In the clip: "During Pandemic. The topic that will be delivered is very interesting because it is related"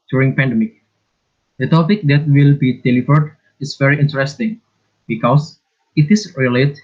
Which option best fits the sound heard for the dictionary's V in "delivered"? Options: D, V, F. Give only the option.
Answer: F